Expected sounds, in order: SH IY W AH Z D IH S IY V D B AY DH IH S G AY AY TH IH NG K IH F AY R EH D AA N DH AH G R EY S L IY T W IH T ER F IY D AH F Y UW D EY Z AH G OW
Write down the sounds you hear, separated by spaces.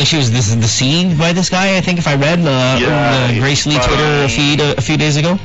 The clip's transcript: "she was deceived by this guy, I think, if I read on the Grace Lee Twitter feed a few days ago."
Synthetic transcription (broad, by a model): SH IY W AH Z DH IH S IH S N B AY DH IH S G AY AY TH IH NG K IH F AY R EH D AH DH AH G R EY S L IY T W IH T ER F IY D AH F Y UW D EY Z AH G OW